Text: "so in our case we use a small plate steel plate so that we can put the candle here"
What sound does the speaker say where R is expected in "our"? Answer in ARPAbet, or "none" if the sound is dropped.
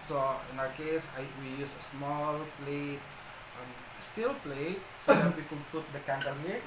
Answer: W